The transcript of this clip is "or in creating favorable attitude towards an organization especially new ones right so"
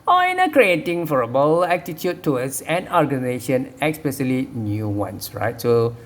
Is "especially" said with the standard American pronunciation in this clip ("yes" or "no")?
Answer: no